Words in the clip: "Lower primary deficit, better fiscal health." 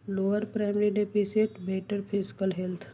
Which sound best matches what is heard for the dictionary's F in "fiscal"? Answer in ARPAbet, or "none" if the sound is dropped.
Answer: P